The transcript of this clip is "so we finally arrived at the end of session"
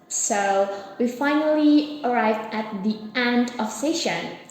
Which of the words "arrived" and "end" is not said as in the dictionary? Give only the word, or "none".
none